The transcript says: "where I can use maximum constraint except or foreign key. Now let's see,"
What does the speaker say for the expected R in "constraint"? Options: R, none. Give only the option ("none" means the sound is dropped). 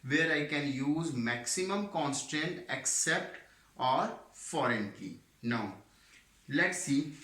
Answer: none